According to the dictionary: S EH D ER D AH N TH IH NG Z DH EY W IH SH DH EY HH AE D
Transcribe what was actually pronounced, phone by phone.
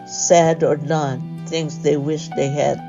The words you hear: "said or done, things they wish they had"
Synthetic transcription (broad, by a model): S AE D ER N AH N TH IH NG Z DH EY W IH SH DH EY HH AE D